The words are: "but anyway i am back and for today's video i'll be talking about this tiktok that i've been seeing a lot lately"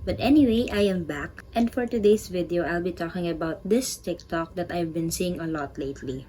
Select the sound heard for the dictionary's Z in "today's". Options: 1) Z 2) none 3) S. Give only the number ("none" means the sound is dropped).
3